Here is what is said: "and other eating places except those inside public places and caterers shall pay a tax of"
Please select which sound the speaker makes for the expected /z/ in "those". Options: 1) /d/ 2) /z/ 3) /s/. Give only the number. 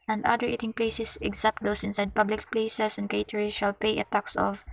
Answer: 3